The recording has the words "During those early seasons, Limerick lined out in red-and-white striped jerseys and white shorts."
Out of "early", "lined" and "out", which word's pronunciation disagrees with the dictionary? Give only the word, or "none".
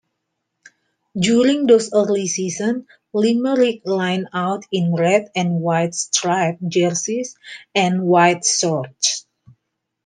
lined